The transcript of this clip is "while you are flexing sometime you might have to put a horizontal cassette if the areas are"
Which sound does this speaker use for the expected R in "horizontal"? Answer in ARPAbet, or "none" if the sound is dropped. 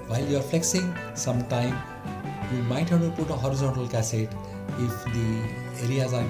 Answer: R